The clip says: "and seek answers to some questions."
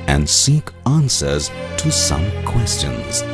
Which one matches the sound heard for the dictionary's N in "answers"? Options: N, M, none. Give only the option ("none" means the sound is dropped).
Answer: N